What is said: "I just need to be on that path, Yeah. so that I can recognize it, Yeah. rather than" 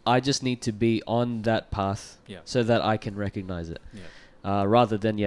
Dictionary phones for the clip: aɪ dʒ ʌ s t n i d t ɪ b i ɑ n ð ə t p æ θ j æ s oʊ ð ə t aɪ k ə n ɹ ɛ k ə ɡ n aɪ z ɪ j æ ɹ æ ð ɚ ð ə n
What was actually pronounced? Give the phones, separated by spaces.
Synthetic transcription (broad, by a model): aɪ dʒ ʌ s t n i d t ɪ b i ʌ n ð ə t p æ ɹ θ s oʊ ð ə t aɪ k ə n ɹ ɛ k ə ɡ n aɪ z ɪ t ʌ ɹ æ ð ɚ ð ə n